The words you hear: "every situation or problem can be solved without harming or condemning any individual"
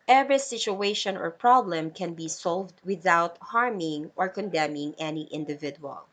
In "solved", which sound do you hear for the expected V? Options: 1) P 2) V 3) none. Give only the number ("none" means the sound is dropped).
2